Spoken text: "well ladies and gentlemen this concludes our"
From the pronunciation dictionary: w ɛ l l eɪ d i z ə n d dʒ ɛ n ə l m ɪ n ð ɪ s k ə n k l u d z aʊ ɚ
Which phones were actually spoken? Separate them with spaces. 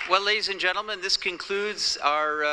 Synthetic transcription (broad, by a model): w ɛ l l eɪ d i z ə n dʒ ɛ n l m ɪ n ð ɪ s k ə n k l u d z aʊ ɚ